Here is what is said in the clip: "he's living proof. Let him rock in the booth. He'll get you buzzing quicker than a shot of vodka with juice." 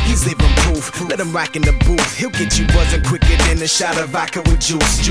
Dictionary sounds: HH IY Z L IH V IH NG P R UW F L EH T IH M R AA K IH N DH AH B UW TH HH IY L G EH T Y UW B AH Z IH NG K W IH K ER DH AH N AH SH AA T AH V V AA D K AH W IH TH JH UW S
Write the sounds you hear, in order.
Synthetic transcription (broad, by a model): HH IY Z L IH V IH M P UW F L EH T IH M R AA K IH N DH AH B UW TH HH IY L G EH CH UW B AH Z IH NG K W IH K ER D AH N AH SH AA T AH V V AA K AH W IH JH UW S